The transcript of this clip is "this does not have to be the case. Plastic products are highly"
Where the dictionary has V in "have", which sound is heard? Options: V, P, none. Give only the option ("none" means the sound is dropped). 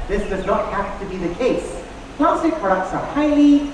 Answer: P